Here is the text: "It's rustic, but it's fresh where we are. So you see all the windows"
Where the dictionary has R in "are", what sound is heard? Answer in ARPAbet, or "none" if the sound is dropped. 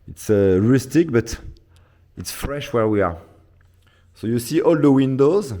R